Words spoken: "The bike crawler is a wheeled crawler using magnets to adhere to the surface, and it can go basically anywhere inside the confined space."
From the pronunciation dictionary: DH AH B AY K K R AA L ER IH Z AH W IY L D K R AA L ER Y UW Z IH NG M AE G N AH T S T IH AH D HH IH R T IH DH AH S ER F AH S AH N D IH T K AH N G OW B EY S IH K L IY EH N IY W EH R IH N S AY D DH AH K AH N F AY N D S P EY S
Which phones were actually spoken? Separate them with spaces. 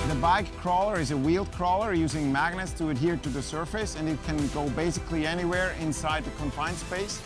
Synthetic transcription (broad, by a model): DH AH B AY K K R AA L ER IH Z AH W IY L D K R AA L ER Y UW Z IH NG M AE G N AH T S T IH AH D HH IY R T IH DH AH S ER F AH S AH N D IH T K AH N G OW B EY S IH K L IY EH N IY W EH R IH N S AY D DH AH K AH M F AY N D S P EY S